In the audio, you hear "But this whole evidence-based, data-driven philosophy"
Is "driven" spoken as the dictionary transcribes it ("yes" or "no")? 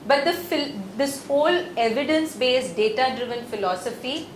yes